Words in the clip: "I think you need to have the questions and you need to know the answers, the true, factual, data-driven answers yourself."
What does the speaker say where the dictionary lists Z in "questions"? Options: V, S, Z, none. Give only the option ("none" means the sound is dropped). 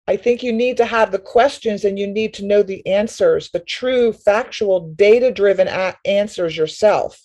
Z